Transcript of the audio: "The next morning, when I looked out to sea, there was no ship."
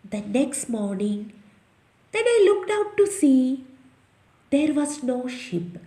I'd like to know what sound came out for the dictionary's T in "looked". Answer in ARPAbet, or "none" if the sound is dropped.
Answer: T